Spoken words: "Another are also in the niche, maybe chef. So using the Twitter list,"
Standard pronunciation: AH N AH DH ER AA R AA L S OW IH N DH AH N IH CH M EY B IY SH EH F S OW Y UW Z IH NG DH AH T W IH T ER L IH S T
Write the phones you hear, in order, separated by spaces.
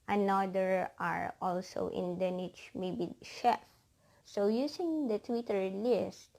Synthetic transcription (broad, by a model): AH N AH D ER AA R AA L S OW IH N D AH N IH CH M EY B IY SH EH F S OW Y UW S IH NG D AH T W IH T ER L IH S T